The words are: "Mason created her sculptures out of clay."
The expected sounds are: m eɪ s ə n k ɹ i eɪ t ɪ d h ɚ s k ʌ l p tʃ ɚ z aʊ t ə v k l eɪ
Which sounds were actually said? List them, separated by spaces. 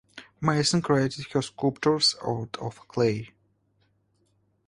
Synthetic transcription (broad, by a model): m eɪ s ə n k ɹ i eɪ t ɪ d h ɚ s k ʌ p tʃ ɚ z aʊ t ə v k l eɪ